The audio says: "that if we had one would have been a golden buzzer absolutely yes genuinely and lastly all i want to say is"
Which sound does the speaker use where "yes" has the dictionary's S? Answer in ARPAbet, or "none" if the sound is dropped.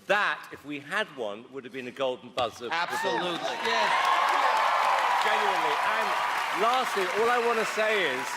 none